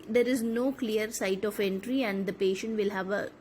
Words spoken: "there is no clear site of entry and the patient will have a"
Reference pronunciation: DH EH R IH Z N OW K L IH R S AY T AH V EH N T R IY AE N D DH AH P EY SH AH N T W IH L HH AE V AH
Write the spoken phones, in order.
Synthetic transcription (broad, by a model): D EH R IH Z N OW K L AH R S AY T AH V EH N T R IY AE N D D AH P EY SH AH N T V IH L HH AE V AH